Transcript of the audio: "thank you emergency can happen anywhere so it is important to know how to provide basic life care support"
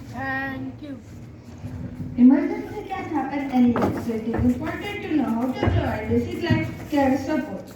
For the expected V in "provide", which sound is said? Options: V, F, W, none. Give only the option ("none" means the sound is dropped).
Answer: none